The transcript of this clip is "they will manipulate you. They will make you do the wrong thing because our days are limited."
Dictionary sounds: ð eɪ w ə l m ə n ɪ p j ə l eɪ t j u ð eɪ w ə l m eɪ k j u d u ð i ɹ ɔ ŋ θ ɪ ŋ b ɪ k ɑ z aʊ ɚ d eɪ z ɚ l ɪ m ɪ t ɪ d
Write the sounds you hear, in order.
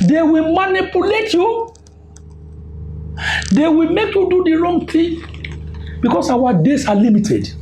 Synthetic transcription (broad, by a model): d eɪ w ə l m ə n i p j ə l eɪ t j u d eɪ w ə l m eɪ k j u d u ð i ɹ ɔ ŋ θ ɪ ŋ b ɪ k ɑ s aʊ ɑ d eɪ s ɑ l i m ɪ t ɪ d